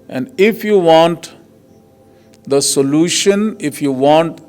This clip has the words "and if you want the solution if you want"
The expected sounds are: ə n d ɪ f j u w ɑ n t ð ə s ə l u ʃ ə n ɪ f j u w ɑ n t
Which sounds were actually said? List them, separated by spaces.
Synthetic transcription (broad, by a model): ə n d ɪ f j u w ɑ n t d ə s ə l u ʃ ə n ɪ f j u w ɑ n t